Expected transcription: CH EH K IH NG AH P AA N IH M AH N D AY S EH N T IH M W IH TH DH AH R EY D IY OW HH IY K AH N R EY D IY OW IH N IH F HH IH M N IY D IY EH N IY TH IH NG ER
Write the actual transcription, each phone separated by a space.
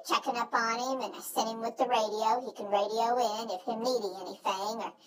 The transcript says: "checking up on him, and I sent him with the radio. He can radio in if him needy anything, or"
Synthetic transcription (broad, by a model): CH EH K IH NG AH P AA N IH M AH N AY S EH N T IH M W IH DH AH R EY D IY OW HH IY K AH N R EY D IY OW IH N IH F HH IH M N IY D IY EH N IY TH IH NG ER